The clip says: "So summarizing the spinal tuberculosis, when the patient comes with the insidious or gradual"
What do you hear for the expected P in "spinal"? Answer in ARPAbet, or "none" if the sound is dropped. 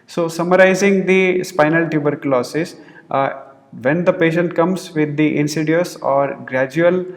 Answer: P